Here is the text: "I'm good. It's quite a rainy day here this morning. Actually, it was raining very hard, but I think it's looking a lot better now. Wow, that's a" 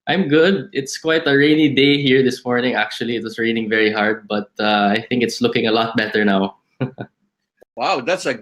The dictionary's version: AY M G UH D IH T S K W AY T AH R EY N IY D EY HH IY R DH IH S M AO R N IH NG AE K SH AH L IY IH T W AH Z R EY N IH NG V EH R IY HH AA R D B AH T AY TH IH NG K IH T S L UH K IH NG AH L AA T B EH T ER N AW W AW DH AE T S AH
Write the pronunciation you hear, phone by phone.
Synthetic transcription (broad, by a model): AY M G UH D IH T S K W AY T AH R EY N IY D EY HH IY R DH IH S M AO R N IH NG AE K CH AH L IY IH T W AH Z R EY N IH NG V EH R IY HH AA R D B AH T AY TH IH NG K IH T S L UH K IH NG AH L AA T B EH T ER N AW W AW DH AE T S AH